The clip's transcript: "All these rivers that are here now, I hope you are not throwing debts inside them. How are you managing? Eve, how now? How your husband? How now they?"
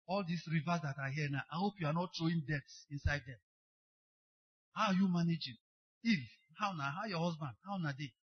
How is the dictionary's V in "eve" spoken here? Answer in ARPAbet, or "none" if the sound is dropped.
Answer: F